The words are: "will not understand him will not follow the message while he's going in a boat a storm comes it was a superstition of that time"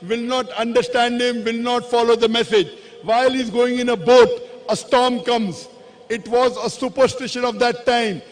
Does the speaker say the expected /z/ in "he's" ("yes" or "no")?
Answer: yes